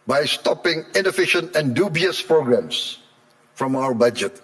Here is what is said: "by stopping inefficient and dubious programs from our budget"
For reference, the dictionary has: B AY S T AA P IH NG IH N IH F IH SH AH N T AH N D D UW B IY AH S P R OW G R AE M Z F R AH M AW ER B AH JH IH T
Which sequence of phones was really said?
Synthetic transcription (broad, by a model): B AY S T AA P IH NG IH N IH F IH SH AH N T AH N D D UW B IY AH S P R OW G R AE M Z F R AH M AW ER B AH JH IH T